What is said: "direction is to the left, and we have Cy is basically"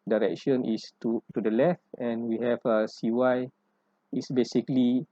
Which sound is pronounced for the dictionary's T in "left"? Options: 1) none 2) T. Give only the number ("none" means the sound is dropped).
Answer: 2